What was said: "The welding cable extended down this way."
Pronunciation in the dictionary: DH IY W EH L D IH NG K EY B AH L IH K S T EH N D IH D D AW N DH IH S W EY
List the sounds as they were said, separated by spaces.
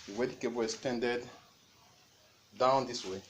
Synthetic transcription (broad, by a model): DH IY W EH D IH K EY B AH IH S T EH N D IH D D AW N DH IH S W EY